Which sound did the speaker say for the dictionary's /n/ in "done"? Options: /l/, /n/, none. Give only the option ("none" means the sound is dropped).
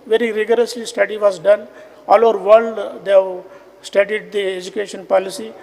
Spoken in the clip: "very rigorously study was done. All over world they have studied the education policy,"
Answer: /n/